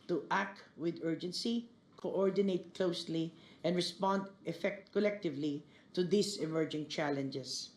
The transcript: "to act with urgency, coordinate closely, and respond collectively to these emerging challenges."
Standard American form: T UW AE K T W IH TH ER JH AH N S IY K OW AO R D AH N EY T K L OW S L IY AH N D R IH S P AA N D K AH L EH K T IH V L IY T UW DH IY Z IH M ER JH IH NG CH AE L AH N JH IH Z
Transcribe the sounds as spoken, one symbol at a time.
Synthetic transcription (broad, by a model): T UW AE K T W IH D ER JH AH N S IY K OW AO R D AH N EY T K L OW S L IY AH N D R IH S P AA N D K AH L EH K T IH V L IY T UW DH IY S IH M ER JH IH NG CH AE L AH N JH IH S